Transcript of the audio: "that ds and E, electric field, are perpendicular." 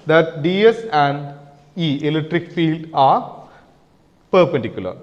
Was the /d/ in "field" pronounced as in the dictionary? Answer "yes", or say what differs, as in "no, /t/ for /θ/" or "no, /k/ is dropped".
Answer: yes